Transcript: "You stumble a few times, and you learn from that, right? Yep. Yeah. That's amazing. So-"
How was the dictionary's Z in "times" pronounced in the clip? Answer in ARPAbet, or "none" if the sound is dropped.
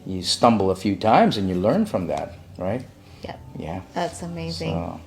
Z